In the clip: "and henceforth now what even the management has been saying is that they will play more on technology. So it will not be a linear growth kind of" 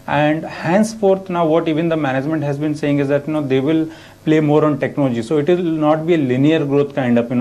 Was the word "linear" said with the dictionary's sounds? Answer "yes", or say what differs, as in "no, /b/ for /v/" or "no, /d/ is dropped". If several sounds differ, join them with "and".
yes